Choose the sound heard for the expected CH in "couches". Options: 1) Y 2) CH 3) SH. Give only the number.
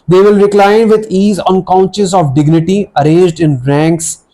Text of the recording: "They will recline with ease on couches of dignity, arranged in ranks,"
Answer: 3